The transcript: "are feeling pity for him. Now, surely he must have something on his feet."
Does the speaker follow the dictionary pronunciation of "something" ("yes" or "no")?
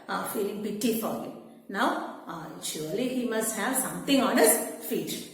no